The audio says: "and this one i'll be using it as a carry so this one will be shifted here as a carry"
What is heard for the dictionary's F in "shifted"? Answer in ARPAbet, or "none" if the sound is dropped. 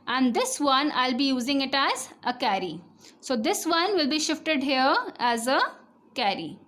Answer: F